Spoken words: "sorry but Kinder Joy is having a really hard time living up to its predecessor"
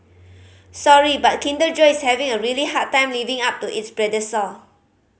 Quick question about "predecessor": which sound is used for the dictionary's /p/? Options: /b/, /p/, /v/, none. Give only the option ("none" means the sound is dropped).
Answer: /b/